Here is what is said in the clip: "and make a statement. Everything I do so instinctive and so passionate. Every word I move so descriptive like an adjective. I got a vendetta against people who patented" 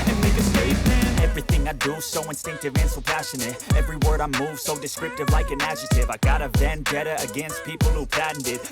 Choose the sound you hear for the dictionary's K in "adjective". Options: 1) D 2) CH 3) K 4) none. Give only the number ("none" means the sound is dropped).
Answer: 4